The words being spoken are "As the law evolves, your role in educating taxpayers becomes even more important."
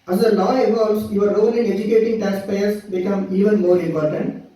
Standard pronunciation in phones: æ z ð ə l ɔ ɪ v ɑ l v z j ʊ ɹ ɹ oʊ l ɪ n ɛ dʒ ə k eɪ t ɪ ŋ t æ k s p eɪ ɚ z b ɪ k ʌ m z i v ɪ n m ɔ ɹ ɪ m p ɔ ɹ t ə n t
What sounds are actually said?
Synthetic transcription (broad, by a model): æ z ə l ɔ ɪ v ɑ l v s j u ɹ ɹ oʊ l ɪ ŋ ɛ dʒ ə k eɪ t ɪ ŋ t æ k s p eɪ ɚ s b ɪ k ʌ m i v ɪ n m ɔ ɹ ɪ m p ɔ ɹ t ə n t